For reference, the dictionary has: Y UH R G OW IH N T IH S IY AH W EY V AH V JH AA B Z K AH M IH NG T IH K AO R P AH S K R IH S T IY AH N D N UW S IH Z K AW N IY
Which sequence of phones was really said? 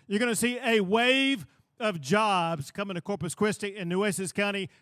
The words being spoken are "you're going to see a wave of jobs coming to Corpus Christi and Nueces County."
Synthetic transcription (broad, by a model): Y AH R G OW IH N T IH S IY AH W EY V AH V JH AA B Z K AH M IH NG T IH K AO R P AH S K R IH S T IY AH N N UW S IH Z K AW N IY